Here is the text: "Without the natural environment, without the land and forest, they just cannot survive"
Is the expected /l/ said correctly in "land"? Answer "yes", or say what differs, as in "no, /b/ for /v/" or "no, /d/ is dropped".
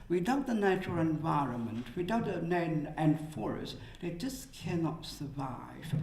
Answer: no, /n/ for /l/